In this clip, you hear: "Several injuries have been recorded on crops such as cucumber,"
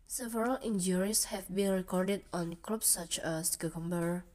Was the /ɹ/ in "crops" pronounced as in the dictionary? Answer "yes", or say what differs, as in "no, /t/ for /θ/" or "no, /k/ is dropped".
no, /l/ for /ɹ/